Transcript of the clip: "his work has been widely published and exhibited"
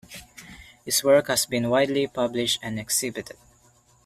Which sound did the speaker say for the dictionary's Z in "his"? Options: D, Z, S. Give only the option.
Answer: S